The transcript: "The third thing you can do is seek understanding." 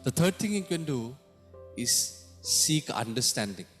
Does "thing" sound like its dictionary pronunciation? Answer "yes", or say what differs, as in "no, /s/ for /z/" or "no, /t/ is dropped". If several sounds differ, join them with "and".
no, /t/ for /θ/